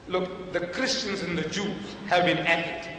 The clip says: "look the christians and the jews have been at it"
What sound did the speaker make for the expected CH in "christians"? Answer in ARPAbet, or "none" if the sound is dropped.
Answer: CH